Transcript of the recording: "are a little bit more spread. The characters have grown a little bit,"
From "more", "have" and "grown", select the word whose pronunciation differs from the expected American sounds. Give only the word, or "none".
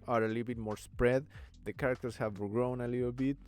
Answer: none